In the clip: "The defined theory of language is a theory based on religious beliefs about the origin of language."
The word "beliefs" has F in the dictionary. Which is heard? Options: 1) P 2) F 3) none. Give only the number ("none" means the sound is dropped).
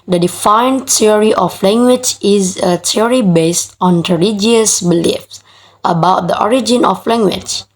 2